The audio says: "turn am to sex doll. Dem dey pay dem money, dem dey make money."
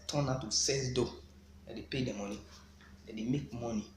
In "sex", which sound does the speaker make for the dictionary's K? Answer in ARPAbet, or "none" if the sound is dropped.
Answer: none